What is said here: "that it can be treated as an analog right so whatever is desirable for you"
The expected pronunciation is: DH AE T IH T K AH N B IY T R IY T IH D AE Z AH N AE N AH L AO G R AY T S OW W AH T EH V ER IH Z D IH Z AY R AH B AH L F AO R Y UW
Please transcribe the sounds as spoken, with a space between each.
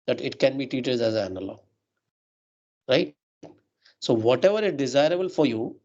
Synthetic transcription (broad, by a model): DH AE T IH T K AH N B IY T IY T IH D AE Z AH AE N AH L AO R AY T S OW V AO T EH V ER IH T D IH Z AY R AH B AH L F AO R Y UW